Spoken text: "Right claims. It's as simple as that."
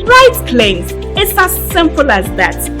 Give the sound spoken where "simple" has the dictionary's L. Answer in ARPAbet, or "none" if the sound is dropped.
L